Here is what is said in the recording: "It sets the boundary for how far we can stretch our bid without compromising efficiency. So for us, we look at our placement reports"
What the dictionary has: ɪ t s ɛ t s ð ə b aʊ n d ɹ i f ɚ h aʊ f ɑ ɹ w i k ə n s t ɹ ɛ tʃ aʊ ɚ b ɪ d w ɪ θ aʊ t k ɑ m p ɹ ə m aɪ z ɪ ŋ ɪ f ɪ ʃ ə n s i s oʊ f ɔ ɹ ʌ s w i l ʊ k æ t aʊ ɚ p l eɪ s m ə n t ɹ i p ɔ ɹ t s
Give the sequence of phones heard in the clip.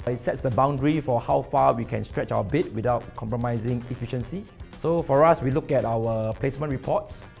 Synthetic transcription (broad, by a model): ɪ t s ɛ t s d ə b aʊ n d ɹ i f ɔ h aʊ f ɑ w i k ə n s t ɹ ɛ tʃ aʊ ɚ b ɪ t w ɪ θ aʊ t k ɑ m p ɹ ə m aɪ z ɪ ŋ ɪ f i ʃ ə n s i s oʊ f ɔ ɹ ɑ s w i l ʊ k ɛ t aʊ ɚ p l eɪ s m ə n t ɹ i p ɔ t s